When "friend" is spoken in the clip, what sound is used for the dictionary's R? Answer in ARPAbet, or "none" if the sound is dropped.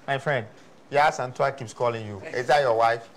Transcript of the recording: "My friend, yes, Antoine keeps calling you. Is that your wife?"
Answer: R